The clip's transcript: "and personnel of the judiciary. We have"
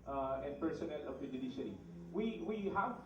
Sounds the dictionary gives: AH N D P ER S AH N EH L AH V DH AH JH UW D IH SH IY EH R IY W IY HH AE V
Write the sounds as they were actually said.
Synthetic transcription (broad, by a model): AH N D P ER S AH N EH L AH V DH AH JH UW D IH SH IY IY W IY W IY HH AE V